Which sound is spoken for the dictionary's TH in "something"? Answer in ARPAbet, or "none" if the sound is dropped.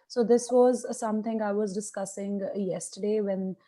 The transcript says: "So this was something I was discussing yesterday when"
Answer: T